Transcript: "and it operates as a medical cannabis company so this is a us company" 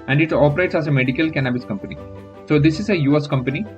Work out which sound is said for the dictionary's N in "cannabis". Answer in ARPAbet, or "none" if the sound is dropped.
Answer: N